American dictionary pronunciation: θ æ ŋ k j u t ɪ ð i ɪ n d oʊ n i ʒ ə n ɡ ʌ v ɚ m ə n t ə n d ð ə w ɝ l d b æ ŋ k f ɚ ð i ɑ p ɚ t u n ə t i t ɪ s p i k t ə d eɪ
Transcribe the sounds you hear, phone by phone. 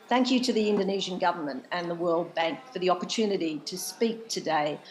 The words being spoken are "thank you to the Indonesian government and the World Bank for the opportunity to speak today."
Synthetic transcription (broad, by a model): θ æ ŋ k j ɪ t ɪ ð i ɪ n d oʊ n i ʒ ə n ɡ ʌ v ɚ m ə n t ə n ð ə w ɝ l d b æ ŋ k f ɚ ð i ɑ p ɚ t u n ə t i t ɪ s p i k t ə d eɪ